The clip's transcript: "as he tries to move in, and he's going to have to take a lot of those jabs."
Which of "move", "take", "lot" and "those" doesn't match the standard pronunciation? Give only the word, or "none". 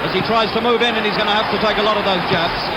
none